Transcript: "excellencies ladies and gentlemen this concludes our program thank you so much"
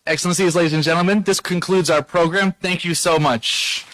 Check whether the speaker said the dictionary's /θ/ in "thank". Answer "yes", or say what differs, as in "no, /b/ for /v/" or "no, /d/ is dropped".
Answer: yes